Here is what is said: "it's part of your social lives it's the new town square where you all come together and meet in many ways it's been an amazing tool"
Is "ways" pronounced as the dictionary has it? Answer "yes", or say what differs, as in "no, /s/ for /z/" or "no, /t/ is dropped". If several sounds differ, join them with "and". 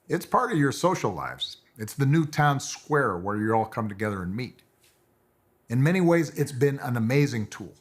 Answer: yes